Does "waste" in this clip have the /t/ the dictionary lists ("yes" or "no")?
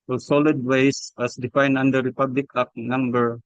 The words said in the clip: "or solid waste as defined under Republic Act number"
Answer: no